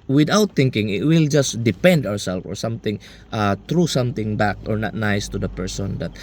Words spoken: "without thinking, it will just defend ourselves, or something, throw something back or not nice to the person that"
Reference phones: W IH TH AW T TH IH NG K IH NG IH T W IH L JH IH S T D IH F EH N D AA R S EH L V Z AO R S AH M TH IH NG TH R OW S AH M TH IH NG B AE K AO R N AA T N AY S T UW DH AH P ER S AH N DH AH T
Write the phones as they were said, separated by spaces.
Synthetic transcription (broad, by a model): W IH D AW T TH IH NG K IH NG IH T W IH L JH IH S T D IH P EH N D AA R S EH L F AO R S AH M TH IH NG T R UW S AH M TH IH NG B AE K AO R N AA T N AY S T UW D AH P ER S AH N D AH T